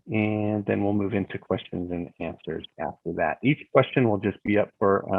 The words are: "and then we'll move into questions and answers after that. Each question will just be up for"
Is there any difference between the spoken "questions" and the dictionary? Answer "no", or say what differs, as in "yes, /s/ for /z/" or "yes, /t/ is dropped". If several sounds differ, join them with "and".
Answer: no